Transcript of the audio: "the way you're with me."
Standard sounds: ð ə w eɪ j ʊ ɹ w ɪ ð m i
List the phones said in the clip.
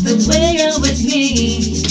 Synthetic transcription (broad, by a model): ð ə w eɪ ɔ l w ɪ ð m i